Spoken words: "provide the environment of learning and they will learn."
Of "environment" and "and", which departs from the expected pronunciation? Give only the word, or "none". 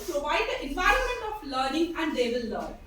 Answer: none